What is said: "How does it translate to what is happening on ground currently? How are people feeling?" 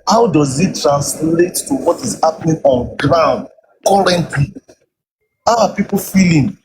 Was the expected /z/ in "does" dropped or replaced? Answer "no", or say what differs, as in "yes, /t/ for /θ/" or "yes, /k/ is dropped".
no